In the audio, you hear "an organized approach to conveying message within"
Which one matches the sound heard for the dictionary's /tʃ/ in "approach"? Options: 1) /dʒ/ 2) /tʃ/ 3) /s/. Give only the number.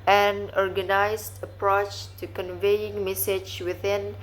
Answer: 2